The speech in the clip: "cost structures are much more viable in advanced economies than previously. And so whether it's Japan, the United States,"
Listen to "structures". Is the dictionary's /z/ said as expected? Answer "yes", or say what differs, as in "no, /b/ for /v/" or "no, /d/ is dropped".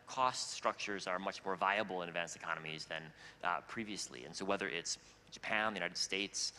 yes